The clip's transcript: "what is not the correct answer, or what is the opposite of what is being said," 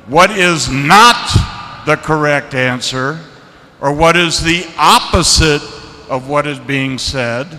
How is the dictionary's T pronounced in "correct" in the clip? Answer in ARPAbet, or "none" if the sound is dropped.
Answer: T